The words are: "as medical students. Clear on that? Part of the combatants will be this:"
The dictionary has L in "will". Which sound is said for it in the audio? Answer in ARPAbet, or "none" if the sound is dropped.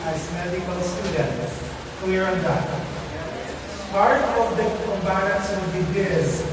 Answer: N